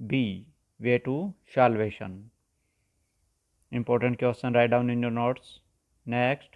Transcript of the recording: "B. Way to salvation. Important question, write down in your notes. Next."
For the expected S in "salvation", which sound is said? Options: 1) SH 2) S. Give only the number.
1